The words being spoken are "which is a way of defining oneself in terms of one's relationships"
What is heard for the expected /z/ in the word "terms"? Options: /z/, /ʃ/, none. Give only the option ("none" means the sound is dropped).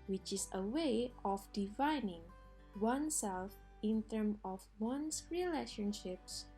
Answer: none